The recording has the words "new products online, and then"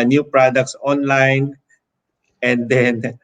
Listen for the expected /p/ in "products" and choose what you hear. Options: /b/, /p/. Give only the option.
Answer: /p/